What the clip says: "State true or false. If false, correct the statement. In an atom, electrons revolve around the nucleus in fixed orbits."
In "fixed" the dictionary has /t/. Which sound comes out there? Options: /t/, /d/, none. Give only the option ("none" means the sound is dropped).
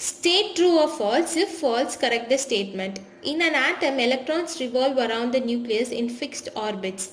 /t/